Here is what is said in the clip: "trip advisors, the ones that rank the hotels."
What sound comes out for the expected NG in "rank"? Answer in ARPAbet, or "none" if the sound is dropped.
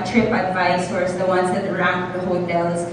none